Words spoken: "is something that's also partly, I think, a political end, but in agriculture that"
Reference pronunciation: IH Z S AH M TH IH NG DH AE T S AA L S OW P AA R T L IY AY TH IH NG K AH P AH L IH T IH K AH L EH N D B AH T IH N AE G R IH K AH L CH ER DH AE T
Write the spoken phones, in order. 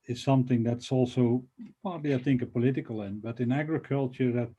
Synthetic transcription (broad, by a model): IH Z S AH M TH IH NG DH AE T S AA L S OW P AA R T L IY AY TH IH NG K AH P AH L IH T IH K AH L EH N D B AH T IH N AE G R IH K AH L CH ER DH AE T